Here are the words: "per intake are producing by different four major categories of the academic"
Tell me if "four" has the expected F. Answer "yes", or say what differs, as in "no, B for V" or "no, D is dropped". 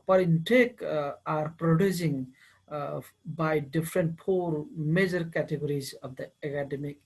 no, P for F